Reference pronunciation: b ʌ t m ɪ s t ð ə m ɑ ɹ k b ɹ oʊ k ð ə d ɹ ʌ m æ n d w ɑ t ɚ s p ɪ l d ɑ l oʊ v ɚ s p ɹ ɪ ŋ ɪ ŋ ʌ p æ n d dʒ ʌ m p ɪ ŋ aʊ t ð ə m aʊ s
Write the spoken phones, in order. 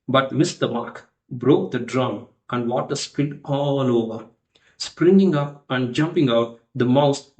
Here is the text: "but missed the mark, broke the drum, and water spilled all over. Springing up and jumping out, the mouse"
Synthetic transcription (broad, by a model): b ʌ t m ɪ s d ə m ɑ ɹ k b ɹ oʊ k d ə d ɹ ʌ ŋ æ n d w ɑ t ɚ s p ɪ n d ɑ l oʊ v ɚ s p ɹ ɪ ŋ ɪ ŋ ʌ p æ n d dʒ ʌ m p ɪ ŋ aʊ t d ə m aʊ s